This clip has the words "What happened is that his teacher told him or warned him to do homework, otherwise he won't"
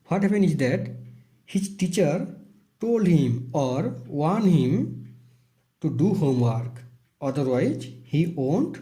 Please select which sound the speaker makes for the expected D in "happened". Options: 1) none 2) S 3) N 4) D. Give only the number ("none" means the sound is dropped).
1